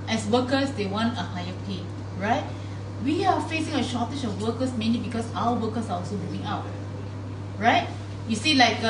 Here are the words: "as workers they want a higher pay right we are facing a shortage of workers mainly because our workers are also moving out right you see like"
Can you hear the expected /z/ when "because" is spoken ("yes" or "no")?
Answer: no